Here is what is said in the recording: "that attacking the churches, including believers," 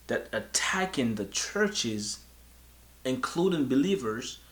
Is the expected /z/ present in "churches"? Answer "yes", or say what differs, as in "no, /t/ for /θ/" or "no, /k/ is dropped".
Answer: yes